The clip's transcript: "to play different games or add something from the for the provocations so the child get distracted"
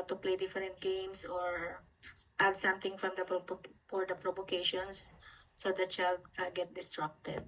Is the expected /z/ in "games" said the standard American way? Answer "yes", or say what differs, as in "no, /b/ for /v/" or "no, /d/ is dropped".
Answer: no, /s/ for /z/